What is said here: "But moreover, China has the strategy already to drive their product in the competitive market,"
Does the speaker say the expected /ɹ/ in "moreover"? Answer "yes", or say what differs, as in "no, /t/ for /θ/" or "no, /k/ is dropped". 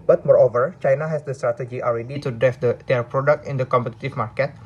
yes